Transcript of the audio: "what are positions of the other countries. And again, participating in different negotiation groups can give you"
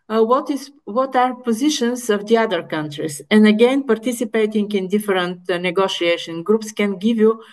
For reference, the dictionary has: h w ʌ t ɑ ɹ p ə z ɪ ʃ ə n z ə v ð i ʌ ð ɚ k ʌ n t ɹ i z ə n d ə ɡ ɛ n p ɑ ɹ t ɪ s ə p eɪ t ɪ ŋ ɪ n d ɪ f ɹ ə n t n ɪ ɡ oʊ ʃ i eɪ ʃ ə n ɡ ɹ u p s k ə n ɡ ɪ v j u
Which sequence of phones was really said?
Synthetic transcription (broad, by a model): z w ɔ t ɑ ɹ p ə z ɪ ʃ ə n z ə v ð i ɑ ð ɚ k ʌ n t ɹ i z ə n d ə ɡ ɛ n p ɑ ɹ t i s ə p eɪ t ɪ ŋ ɪ n d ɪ f ɹ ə n t n ɪ ɡ oʊ ʃ i eɪ ʃ ə n ɡ ɹ u p s k ə n ɡ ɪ v j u